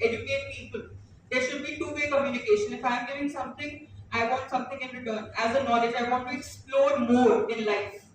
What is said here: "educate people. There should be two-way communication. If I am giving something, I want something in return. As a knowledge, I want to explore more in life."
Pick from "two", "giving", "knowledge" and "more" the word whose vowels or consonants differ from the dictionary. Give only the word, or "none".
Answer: giving